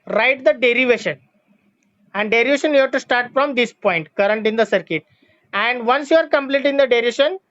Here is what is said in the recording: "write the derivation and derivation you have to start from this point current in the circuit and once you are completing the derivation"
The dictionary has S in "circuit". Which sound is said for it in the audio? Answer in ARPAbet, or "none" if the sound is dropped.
S